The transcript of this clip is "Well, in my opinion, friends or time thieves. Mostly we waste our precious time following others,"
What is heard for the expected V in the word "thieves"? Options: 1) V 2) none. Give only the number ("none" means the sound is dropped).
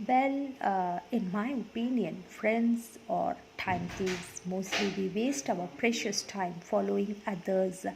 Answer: 2